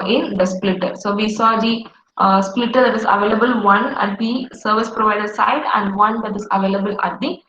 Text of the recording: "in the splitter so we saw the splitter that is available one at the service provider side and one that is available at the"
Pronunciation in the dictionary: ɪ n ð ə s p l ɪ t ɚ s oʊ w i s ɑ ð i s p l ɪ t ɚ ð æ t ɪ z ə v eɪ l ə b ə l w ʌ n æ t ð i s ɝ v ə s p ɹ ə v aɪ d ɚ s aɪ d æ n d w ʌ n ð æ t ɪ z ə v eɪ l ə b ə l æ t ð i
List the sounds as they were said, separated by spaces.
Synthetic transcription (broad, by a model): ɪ n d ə s p l ɪ t ɚ s oʊ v i s ɑ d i s p l ɪ t ɚ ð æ t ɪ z ə v eɪ l ə b ə l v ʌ n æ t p i s ɝ v ə s p ɹ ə v aɪ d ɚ s aɪ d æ n d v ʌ n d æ t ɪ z ə v eɪ l ə b ə l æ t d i